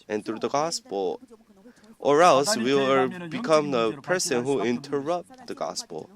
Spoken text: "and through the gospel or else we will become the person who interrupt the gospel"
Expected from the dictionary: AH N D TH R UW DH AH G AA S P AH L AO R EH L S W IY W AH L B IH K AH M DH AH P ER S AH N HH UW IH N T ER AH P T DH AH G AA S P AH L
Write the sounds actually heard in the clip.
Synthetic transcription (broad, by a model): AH N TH R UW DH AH G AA S P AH L AO R EH L S W IY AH B IH K AH M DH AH P ER S AH N HH UW IH N T ER AH P T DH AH G AA S P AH L